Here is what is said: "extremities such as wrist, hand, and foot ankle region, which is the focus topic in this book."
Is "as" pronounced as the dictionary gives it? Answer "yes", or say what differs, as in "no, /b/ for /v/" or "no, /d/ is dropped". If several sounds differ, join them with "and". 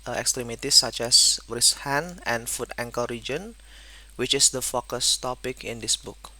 no, /s/ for /z/